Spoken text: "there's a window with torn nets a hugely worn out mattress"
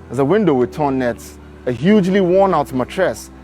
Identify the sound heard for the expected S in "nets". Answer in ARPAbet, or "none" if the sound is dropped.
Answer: none